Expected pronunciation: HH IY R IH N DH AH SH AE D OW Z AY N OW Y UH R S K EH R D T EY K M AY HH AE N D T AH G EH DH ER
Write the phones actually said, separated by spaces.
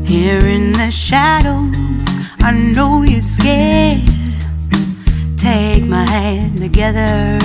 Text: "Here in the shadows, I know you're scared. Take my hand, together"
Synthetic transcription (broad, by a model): HH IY R IH N DH AH SH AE D OW AY N OW Y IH S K EH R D T EY K M AY HH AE N T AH G EH DH ER